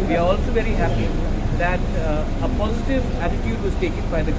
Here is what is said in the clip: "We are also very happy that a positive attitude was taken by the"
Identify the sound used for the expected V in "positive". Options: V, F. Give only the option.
V